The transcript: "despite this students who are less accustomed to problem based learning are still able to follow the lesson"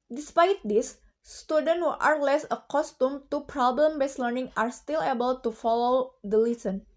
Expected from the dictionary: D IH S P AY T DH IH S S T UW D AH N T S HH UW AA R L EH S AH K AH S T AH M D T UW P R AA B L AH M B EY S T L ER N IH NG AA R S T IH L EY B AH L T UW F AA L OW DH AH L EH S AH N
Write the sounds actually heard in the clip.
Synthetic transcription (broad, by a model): D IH S P AY T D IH S S T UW D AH N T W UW AA R L EH S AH K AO S T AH M T UW P R AA B L AH M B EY S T L ER N IH NG AA R S T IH L EY B AH L T UW F AA L OW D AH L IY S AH N